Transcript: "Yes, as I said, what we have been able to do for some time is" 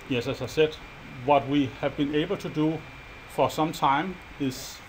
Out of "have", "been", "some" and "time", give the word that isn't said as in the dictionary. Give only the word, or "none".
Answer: none